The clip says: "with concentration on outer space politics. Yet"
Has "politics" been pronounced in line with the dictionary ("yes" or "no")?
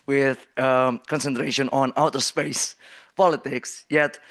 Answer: yes